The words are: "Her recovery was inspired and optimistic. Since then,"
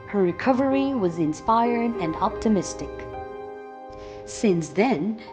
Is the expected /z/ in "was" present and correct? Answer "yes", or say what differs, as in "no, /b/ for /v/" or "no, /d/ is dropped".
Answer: yes